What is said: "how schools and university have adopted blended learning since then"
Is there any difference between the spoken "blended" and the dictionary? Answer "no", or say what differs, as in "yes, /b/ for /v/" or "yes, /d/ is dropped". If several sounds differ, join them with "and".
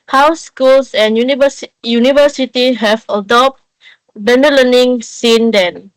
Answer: yes, /l/ is dropped